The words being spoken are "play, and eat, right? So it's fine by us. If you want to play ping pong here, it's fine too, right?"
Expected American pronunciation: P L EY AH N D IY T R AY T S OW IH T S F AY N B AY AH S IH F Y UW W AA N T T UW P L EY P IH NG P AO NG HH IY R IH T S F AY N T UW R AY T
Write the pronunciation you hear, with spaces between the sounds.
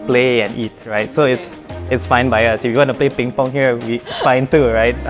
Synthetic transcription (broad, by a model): P L EY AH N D IY T R AY T S OW IH T S F AY N B AY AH S IH F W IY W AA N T T UW P L EY P IH NG P AO NG HH IY W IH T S F AY N T UW R AY T